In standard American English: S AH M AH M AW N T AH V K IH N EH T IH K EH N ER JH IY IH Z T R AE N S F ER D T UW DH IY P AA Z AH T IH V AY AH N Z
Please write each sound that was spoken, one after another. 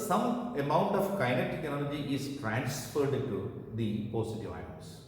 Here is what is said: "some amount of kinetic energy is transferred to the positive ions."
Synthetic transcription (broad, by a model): S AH M AH M AW N T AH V K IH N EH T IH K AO L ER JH IY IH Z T R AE N S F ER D T UW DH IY P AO S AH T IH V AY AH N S